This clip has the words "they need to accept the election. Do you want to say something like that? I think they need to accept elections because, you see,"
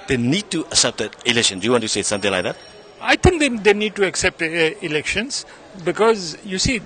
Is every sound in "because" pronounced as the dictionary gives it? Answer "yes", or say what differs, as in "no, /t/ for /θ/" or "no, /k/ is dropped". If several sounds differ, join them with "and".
yes